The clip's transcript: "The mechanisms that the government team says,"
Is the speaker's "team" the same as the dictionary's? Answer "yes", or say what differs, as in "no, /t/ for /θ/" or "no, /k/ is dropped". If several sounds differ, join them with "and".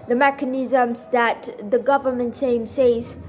no, /s/ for /t/